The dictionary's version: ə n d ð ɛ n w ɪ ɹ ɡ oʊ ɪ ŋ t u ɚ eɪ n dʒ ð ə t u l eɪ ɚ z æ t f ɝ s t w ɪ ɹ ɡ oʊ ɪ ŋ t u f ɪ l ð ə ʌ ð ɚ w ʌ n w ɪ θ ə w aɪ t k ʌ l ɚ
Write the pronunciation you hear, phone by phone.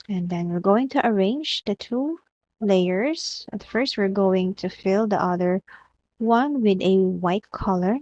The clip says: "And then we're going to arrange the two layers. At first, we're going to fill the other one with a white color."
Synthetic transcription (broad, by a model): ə n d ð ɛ n w ɪ ɹ ɡ oʊ ɪ ŋ t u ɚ eɪ n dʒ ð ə t u l eɪ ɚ s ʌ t f ɝ s t w ɪ ɹ ɡ oʊ ɪ ŋ t u f ɪ l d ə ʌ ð ɚ w ʌ n w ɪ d ə w aɪ t k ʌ l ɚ